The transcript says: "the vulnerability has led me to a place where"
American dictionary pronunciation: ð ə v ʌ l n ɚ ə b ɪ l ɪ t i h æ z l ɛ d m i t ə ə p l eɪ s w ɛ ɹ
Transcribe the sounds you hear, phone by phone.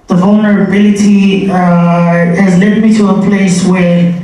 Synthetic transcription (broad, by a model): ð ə v ʌ l n ɚ ə b ɪ l ɪ t i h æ z l ɛ d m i t ə ə p l eɪ s w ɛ ɹ